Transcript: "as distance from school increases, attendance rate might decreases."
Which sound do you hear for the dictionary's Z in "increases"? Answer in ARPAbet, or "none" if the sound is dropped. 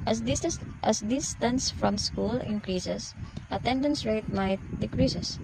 S